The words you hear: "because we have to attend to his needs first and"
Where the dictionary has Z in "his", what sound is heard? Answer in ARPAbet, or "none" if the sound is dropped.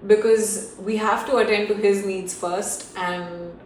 Z